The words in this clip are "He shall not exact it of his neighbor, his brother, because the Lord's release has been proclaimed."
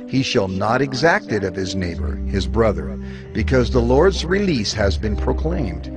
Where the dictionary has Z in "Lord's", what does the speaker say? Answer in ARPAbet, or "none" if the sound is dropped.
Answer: Z